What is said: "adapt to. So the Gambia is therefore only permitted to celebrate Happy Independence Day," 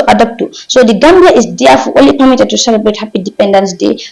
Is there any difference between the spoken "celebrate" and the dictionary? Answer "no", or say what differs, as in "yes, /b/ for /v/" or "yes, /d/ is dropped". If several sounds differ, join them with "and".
no